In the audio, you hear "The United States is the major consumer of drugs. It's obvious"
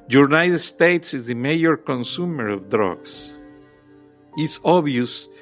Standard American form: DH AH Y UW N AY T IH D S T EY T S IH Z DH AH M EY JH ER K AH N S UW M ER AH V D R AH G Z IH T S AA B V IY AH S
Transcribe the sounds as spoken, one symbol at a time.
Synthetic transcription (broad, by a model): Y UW N AY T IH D S T EY T S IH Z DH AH M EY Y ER K AH N S UW M ER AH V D R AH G S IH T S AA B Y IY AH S